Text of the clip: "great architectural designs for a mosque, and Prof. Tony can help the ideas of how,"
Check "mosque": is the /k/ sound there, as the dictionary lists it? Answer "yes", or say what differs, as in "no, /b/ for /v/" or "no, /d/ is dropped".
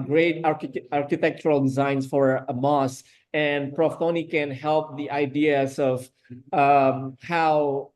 no, /k/ is dropped